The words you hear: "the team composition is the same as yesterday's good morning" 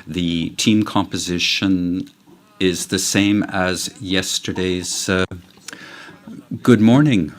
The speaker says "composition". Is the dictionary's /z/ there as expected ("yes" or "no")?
yes